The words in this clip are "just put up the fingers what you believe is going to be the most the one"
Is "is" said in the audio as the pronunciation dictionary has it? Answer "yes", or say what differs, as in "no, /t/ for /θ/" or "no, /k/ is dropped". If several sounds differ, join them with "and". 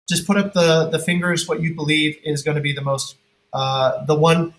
yes